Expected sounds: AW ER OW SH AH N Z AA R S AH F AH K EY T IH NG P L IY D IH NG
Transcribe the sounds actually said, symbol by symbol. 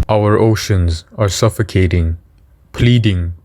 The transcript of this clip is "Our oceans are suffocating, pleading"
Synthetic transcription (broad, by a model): AW ER OW SH AH N Z AA R S AH F AH K EY T IH NG P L IY D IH NG